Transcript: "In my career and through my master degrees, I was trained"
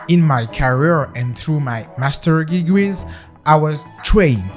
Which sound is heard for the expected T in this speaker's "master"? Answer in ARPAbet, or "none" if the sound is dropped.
T